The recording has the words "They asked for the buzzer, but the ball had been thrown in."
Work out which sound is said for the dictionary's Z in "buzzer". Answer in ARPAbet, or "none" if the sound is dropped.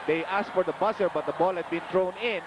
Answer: S